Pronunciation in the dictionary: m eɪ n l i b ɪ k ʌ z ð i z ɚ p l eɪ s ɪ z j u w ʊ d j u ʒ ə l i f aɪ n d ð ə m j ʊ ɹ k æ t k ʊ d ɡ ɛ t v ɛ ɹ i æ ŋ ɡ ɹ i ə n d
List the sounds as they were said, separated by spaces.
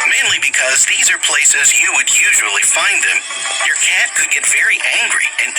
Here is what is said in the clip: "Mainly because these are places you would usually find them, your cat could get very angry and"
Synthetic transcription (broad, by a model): m eɪ n l i b ɪ k ʌ z ð i z ɚ p l eɪ s ɪ z j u w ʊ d j u ʒ ə l i f aɪ n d ð ə m j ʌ ɹ k æ t k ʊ d ɡ ɛ t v ɛ ɹ i æ ŋ ɡ ɹ i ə n